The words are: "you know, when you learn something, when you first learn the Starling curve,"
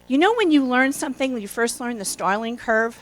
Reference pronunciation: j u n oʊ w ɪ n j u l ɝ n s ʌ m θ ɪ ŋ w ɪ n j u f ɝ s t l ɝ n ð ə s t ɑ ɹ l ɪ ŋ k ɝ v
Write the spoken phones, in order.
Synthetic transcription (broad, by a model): j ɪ n oʊ w ɪ n j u l ɝ n s ʌ m θ ɪ ŋ w ɪ n j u f ɝ s t l ɝ n ð ə s t ɑ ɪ l ɪ ŋ k ɝ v